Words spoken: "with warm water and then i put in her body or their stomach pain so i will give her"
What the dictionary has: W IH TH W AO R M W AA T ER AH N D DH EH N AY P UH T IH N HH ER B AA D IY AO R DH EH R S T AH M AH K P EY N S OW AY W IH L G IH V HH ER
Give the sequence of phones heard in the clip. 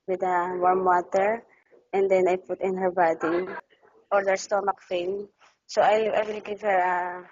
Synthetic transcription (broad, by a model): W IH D W AO R M W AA T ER AH N D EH N AY P UH T IH N HH ER B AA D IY AO R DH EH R S T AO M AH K F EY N S OW AY W IH L G IH V HH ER